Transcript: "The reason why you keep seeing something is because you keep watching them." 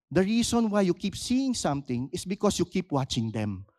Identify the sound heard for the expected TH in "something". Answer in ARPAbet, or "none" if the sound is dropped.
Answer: T